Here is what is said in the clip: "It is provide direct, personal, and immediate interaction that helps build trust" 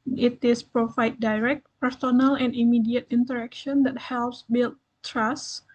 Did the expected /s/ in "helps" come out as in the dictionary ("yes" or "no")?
yes